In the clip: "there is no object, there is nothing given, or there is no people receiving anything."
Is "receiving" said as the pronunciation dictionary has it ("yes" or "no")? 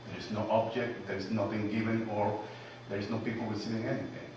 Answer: no